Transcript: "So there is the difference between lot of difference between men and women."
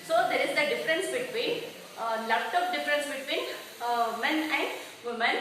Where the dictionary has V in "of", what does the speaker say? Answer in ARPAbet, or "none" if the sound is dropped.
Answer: P